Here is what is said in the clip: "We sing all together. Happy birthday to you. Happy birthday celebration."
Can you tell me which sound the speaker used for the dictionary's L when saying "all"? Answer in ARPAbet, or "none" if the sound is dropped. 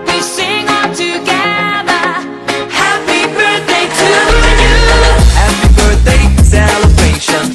N